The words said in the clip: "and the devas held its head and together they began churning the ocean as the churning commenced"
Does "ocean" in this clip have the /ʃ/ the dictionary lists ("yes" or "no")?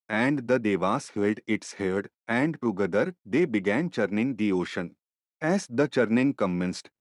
yes